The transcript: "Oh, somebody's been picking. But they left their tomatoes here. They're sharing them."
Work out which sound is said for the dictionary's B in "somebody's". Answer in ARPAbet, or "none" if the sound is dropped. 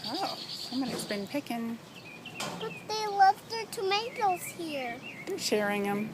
none